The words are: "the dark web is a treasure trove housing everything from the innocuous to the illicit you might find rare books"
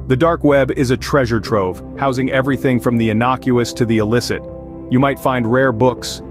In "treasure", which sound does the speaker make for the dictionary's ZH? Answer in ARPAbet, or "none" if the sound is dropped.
ZH